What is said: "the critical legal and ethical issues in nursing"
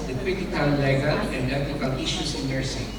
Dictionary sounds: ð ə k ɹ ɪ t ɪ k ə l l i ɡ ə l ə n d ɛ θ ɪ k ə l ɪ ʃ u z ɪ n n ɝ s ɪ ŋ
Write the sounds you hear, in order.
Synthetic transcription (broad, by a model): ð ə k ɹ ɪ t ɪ ə n l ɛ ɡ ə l ə n d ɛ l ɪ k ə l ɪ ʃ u s ɪ n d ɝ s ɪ